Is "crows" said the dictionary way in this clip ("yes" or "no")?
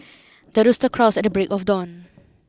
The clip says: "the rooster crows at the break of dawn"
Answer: no